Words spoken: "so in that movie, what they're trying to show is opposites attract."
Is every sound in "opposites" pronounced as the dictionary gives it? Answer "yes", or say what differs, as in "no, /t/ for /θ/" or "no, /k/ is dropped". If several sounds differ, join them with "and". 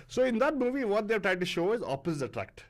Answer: no, /s/ is dropped